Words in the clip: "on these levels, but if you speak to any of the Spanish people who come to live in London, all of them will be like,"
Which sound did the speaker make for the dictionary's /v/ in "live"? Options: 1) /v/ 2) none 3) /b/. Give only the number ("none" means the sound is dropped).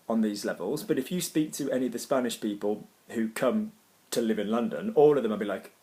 1